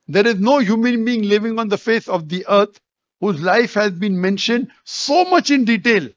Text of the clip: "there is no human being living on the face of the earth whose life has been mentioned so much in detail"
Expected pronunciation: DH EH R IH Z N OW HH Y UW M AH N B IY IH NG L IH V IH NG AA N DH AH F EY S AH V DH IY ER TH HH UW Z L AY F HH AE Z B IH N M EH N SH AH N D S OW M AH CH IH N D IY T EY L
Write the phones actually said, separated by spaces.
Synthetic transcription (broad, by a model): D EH R IH Z N OW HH Y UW M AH N B IY IH NG L IH V IH NG AA N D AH F EY S AH V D IY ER T HH UW Z L AY F HH AE Z B IH N M EH N SH AH N D S OW M AH CH IH N D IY T EY L